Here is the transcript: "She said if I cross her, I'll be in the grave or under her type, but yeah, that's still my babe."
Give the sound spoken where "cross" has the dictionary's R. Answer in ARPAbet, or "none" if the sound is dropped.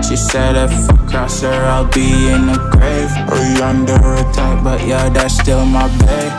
none